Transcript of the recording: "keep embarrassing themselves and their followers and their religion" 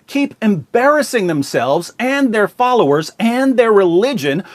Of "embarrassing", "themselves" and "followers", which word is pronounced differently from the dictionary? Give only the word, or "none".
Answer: none